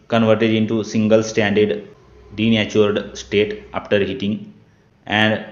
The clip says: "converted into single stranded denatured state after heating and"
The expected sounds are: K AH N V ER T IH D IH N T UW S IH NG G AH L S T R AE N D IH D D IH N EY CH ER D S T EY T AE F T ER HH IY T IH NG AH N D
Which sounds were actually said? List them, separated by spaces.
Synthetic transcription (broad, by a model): K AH N V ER T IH D IH N T UW S IH NG G AH L S T AE N D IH D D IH N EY CH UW D S T EY T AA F T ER HH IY T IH NG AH N D